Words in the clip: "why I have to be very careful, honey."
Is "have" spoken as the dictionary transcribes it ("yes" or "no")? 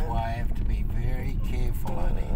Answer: no